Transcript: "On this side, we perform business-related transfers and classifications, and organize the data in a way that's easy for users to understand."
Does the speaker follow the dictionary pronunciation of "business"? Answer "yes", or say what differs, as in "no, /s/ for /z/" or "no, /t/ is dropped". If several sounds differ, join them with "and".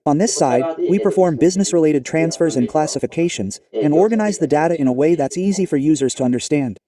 yes